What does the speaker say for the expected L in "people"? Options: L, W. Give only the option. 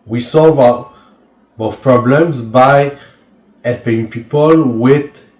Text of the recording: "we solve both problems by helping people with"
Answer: L